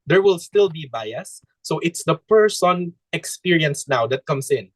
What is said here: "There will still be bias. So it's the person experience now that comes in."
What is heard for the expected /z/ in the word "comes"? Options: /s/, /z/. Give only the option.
/s/